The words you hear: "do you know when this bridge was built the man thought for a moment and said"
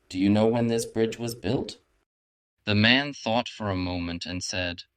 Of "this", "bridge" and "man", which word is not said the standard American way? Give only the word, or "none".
none